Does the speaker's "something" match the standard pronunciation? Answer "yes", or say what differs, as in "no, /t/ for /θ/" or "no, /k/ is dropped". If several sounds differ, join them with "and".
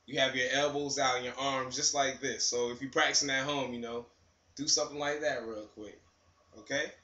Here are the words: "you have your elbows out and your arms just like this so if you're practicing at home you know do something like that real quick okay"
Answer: yes